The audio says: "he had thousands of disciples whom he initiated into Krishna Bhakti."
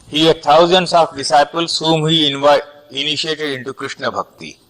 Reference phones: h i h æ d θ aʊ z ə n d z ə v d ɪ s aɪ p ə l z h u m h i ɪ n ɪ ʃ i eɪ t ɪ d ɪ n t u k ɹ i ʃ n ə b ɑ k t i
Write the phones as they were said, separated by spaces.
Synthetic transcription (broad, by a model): h i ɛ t aʊ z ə n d s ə f d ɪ s aɪ p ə l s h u m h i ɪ n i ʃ i eɪ t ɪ d ɪ n t u k ɹ i ʃ n ə b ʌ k t i